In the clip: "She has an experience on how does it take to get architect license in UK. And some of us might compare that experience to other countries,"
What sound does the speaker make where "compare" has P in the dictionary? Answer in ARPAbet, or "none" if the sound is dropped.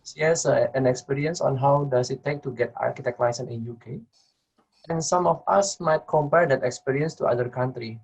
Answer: P